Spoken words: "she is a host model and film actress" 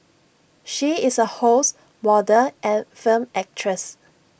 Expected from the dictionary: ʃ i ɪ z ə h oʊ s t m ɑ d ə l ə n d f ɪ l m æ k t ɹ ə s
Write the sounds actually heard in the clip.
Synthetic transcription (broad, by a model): ʃ i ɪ s ə h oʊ s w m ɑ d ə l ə n f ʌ m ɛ k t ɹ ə s